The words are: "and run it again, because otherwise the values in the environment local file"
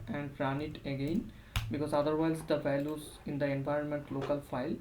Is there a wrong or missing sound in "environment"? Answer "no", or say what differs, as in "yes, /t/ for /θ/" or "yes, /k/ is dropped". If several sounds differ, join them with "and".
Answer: no